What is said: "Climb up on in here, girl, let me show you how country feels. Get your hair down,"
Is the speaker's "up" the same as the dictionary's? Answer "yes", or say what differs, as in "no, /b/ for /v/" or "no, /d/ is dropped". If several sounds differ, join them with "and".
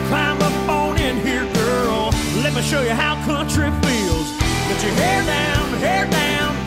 no, /f/ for /p/